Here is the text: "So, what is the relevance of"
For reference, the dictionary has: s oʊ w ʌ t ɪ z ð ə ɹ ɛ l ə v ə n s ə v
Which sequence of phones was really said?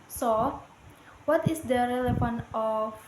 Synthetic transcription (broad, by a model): s oʊ w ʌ t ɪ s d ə ɹ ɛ l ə f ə n ə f